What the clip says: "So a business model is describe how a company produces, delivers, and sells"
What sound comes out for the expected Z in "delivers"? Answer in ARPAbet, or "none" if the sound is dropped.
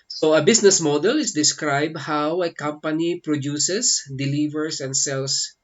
S